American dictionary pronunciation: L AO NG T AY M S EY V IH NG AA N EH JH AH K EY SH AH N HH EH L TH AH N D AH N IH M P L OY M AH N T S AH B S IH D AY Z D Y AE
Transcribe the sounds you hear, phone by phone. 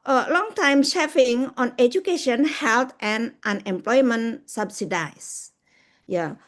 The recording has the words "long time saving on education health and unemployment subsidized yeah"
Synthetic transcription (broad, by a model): L AO NG T AY M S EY F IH NG AA N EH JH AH K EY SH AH N HH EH L T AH N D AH N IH M P L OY M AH N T S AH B S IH D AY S Y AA